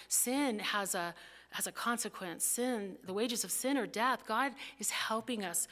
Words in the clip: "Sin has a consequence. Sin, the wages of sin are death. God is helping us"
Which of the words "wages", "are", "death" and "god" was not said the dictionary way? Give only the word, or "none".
none